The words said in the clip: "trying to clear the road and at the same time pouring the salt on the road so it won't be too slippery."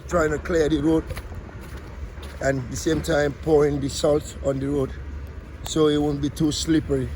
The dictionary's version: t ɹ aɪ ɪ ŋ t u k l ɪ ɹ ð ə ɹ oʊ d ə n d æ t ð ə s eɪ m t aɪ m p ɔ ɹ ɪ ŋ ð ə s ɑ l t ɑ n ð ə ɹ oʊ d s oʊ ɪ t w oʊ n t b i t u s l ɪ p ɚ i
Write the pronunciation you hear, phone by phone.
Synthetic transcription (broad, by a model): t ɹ aɪ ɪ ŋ t u k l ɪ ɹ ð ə ɹ oʊ d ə n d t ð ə s eɪ m t aɪ m p ɔ ɹ ɪ ŋ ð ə s ɑ l t ɑ n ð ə ɹ oʊ d s oʊ ɪ t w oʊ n b i t u s l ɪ p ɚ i